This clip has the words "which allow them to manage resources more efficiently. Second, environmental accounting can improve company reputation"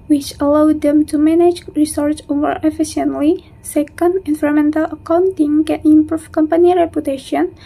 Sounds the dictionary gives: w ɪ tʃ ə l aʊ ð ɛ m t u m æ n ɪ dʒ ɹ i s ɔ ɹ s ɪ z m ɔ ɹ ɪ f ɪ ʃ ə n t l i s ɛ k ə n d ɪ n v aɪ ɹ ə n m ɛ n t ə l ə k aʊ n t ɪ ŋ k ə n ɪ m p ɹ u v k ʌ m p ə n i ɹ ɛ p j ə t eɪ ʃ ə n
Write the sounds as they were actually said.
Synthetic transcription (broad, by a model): w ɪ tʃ ə l aʊ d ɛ m t u m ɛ n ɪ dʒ ɹ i s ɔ ɹ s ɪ m ɔ ɹ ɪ f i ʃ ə n t l i s ɛ k ə n d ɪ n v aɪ ɹ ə m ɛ n t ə l ə k aʊ n t ɪ ŋ k ə n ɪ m p ɹ u f k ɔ m p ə n i ɹ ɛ p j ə t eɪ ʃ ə n